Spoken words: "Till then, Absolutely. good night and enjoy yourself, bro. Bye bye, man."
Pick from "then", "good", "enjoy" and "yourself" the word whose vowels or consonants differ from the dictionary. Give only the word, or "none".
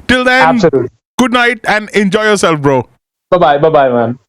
then